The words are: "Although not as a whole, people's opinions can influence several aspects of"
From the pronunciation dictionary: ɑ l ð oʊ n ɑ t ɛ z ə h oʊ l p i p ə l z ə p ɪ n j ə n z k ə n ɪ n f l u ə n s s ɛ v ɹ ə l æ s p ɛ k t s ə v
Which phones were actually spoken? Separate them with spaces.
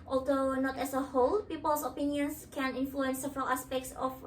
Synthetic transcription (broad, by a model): ɑ l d oʊ n ɑ t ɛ s ə h oʊ l p i p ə l s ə p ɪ n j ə n s k ə n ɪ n f l u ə n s s ɛ v ɹ ə l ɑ s p ɛ k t s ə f